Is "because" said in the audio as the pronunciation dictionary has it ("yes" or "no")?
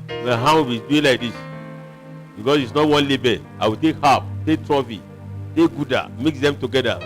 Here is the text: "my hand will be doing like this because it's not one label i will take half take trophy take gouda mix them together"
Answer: no